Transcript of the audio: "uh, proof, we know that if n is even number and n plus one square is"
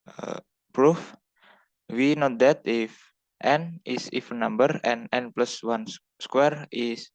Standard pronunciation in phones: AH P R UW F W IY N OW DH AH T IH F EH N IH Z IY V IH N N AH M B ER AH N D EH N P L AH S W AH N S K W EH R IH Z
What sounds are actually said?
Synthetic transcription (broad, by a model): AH P R UW F W IY N OW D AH T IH F EH N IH S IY F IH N N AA M B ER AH N EH N P L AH S W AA N S K W EH R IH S